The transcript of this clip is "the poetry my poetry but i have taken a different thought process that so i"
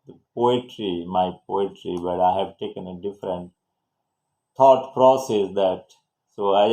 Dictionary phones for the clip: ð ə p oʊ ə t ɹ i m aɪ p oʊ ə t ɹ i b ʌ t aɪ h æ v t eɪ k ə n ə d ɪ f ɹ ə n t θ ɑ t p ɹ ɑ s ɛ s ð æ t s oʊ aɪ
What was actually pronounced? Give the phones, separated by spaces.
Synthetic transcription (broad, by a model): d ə p oʊ ə t ɹ i m aɪ p oʊ ə t ɹ i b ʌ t aɪ h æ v t eɪ k ə n ə d ɪ f ɹ ə n t t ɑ t p ɹ ɑ s ɛ s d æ t s oʊ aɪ